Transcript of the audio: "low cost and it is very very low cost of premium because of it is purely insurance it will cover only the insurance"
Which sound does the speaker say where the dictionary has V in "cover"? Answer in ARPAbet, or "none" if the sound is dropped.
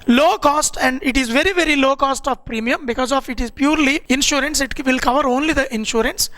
V